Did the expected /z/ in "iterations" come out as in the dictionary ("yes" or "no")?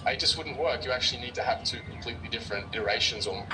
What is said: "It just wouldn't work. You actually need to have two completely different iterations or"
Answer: yes